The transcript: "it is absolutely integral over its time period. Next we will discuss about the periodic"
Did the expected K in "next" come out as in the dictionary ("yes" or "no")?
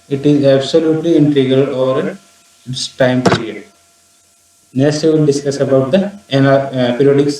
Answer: no